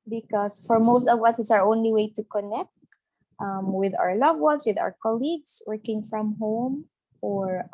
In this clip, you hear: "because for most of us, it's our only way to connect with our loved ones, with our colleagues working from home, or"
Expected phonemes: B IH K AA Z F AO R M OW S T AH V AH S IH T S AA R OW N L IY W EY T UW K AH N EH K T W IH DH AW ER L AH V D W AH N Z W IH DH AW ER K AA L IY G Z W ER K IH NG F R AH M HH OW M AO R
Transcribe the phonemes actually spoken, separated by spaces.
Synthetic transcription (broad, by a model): B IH K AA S F AO R M OW S T AH V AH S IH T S AA R OW N L IY W EY T UW K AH N EH K T W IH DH AW ER L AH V W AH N S W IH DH AW ER K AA L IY G S W ER K IH NG F R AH M HH OW M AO R